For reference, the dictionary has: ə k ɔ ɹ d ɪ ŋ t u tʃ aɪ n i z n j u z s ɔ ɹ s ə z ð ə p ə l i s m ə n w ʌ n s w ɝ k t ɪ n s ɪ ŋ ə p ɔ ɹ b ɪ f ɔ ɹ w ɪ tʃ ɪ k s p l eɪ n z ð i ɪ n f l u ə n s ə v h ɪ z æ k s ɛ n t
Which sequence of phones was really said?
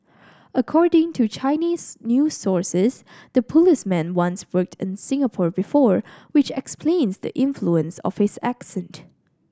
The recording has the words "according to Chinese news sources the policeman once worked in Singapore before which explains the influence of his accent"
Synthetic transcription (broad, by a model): ə k ɔ ɹ d ɪ ŋ t u tʃ aɪ n i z n j u s ɔ ɹ s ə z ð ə p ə l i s m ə n w ʌ n s w ɝ k t ɪ n s ɪ ŋ ə p ɔ ɹ b ɪ f ɔ ɹ w ɪ tʃ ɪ k s p l eɪ n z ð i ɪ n f l u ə n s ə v h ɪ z æ k s ɛ n t